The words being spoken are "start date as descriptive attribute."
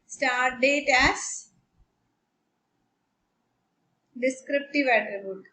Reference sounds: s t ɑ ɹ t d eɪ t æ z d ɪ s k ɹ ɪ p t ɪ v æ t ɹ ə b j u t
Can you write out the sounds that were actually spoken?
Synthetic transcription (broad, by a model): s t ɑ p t d eɪ t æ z d ɪ s k ɹ ɪ p t ɪ v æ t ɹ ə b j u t